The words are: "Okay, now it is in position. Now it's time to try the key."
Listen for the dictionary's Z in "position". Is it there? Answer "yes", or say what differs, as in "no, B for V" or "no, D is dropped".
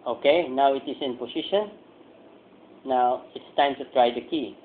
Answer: no, S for Z